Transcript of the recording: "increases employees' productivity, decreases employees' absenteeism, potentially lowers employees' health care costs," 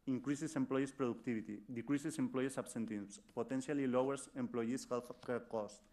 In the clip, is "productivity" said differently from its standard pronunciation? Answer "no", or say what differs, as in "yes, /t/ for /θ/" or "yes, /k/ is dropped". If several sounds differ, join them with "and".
yes, /b/ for /v/